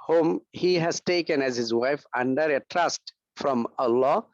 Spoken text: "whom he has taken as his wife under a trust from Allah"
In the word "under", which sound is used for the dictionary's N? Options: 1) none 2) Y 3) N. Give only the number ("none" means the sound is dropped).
3